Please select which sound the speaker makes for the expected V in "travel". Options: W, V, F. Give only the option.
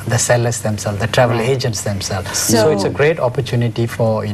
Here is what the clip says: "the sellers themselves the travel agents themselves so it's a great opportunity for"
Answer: V